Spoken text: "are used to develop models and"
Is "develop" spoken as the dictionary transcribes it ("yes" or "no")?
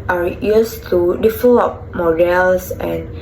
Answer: no